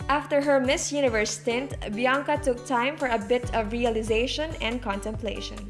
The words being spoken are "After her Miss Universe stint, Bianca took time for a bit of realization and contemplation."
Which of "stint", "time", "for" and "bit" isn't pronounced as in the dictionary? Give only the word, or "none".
none